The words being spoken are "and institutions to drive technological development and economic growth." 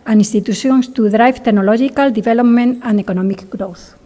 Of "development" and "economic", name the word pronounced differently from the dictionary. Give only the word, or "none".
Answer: development